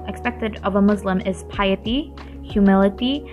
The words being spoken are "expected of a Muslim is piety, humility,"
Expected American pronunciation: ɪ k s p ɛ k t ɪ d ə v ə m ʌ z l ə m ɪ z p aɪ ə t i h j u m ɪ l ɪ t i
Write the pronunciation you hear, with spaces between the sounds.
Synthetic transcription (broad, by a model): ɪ k s p ɛ k t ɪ d ə v ə m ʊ z l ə m ɪ z p aɪ ə t i h j u m ɪ l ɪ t i